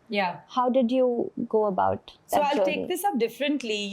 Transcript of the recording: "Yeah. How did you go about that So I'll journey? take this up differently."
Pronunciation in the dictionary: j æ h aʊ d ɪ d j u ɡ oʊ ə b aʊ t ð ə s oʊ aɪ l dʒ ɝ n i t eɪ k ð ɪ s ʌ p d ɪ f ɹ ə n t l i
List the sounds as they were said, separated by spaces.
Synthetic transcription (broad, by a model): j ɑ h aʊ d ɪ d j u ɡ oʊ ə b aʊ t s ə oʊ aɪ l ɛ i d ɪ s ʌ p d ɪ f ɹ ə n t l i